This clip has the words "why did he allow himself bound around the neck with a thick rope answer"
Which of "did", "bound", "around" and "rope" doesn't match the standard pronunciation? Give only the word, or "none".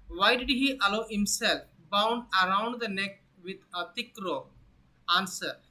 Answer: rope